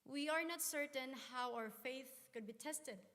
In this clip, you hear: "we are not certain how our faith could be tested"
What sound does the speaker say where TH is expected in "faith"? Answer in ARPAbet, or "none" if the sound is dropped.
TH